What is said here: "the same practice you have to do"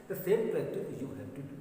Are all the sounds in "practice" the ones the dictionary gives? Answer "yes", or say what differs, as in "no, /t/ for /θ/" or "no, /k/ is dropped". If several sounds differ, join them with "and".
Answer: no, /s/ is dropped